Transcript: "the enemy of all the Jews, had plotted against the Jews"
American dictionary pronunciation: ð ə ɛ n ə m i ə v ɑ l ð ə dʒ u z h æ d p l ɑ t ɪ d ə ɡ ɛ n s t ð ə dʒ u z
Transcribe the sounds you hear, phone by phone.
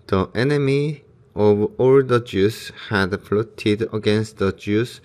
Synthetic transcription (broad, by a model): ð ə ɛ n ə m i ə v ɑ l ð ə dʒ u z h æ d f l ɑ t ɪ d ə ɡ ɛ n s t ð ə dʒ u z